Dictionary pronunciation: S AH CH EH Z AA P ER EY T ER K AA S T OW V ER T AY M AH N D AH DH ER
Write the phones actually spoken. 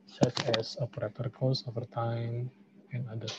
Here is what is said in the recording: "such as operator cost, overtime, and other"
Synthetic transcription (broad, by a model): S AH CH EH S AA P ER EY T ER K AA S OW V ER T AY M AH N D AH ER